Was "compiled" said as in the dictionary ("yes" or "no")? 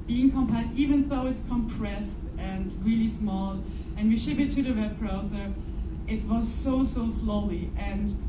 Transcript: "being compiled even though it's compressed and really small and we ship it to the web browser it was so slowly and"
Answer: no